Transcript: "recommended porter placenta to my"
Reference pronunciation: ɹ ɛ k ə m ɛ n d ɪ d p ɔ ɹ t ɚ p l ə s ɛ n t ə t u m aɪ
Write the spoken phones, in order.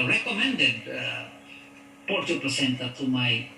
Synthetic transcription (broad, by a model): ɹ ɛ k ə m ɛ n d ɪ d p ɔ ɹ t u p ə s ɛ n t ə t u m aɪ